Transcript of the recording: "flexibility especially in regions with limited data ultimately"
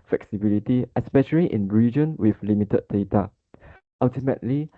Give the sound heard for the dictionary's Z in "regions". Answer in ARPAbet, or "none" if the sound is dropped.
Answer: none